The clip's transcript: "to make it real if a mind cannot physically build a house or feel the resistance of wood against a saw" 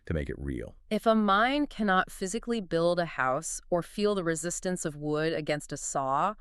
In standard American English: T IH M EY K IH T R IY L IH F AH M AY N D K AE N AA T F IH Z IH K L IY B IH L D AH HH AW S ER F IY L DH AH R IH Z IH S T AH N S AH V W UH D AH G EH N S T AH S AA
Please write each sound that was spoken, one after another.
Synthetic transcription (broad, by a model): T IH M EY K IH T R IY L IH F AH M AY N K AE N AA T F IH Z IH K L IY B IH L D AH HH AW S ER F IY L DH AH R IH Z IH S T AH N S AH V W UH D AH G EH N S T AH S AA